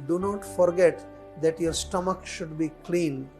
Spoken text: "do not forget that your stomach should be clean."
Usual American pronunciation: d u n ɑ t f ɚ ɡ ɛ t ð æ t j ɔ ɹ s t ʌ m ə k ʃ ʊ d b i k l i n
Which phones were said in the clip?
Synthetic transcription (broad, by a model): d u n ɑ t f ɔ ɡ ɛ t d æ t j ɔ ɹ s t ʌ m ə k ʃ ʊ d b i k l i n